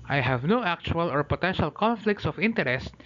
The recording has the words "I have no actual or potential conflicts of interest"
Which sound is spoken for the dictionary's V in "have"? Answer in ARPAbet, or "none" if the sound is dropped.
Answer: V